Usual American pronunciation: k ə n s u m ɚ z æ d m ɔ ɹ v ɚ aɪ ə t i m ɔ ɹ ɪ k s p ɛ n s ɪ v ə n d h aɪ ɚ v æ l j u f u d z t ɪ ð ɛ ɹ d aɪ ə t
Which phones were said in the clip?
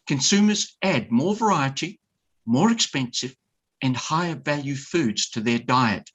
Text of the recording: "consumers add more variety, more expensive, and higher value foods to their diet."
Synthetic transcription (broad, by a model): k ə n s u m ɚ z æ d m ɔ ɹ v ɚ aɪ ə t i m ɔ ɹ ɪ k s p ɛ n s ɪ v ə n h aɪ ɚ v æ l j u f u d z t ɪ ð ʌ ɹ d aɪ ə t